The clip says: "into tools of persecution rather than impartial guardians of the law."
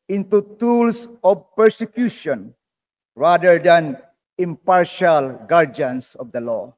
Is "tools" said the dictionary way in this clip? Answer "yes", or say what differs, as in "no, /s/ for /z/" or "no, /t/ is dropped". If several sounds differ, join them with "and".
no, /s/ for /z/